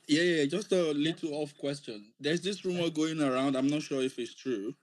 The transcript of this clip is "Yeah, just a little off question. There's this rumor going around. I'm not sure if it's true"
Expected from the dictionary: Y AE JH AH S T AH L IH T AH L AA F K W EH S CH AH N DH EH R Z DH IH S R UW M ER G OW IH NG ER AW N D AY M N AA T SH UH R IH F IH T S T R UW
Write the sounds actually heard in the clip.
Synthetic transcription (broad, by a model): Y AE JH AH S T AH L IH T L AA F K W EH S CH AH N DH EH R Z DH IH S R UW M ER G OW IH NG ER AW N D AY M N AA T SH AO R IH F IH T S T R UW